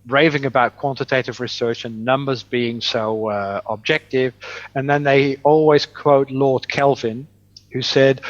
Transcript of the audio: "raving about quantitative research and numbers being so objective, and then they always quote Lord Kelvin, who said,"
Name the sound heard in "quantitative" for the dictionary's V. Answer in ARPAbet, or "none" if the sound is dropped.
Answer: V